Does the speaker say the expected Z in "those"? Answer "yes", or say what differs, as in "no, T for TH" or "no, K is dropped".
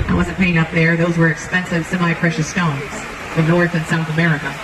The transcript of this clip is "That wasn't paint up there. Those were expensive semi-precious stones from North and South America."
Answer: yes